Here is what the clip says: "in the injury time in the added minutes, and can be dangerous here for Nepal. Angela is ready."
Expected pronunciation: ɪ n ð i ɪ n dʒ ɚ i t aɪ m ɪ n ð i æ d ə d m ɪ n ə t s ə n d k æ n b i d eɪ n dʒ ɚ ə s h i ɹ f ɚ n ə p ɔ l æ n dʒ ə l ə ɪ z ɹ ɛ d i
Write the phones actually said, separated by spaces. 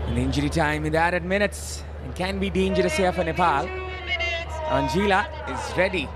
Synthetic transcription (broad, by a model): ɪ n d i ɪ n dʒ ɚ i t aɪ m ɪ n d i æ d ə d m ɪ n ə t s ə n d k æ n b i d eɪ n dʒ ɚ ə s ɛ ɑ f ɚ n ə p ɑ l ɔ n dʒ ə l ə ɪ z ɹ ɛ d i